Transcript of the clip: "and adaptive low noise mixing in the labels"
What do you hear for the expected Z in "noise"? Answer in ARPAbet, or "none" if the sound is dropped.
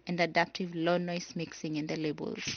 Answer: S